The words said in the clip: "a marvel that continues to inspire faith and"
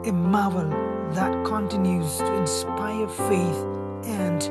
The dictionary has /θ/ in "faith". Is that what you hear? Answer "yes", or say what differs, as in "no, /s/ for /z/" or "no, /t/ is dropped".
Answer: yes